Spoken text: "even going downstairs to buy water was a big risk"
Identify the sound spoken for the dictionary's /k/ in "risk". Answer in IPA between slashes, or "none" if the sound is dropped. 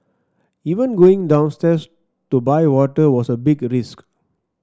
/k/